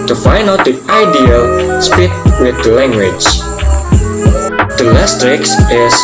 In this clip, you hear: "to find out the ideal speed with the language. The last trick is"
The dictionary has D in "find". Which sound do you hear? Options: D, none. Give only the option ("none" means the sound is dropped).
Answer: none